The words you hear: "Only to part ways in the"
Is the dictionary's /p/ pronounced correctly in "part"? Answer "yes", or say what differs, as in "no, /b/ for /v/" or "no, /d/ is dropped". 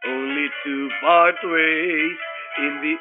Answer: no, /b/ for /p/